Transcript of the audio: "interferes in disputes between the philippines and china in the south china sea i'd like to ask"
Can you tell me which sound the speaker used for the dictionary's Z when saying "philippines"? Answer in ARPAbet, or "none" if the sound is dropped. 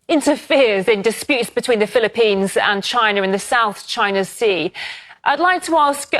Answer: Z